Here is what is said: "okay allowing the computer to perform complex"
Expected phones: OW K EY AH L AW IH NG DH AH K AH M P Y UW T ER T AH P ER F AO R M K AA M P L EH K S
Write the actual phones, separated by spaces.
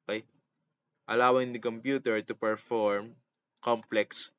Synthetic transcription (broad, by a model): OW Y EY AH L AW IH NG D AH K AH M P Y UW T ER T AH P ER F AO R M K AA M P L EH K S